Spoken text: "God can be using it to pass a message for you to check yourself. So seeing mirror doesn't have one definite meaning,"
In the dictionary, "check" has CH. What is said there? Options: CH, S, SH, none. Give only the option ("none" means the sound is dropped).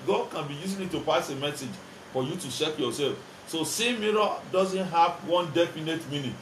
SH